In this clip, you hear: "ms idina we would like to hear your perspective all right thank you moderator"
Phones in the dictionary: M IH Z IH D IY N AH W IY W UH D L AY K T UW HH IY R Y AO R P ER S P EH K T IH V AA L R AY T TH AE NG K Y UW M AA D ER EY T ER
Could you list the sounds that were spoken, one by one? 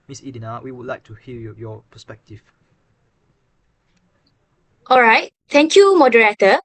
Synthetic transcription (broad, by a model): M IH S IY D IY N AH W IY W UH D L AY K T UW HH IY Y Y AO P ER S P EH K T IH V AA L R AY T T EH NG K Y UW M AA D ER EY T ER